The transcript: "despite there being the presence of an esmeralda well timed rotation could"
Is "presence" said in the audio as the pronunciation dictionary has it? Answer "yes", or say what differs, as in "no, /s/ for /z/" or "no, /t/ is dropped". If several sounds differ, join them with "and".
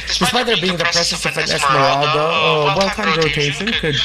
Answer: no, /s/ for /z/ and /n/ is dropped